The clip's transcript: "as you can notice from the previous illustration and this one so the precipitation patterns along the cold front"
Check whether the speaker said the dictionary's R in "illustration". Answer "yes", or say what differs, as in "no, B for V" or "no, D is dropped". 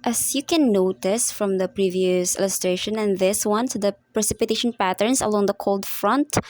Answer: yes